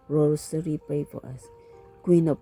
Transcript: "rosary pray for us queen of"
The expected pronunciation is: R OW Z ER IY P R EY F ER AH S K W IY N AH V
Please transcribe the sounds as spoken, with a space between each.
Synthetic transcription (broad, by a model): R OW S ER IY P EY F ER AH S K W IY N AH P